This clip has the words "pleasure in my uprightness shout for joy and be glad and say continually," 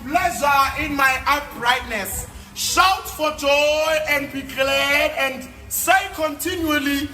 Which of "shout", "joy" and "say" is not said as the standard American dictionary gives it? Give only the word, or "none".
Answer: none